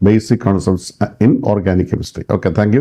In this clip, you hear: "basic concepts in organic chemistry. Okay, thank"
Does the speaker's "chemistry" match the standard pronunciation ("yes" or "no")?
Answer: no